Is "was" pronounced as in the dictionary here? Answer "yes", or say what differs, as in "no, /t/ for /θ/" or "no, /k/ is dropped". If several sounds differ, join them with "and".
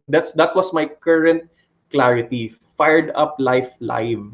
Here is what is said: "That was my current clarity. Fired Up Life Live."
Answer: no, /s/ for /z/